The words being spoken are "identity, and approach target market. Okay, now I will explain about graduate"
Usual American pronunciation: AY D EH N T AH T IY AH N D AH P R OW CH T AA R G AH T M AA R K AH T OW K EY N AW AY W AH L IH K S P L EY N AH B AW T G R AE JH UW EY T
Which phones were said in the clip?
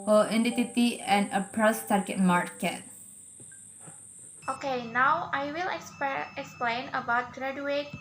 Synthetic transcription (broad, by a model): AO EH N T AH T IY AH N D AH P R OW S T AA R G AH T M AA R K AH T OW K EY N AW AY W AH L IH K S P L EY N AH B AW T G R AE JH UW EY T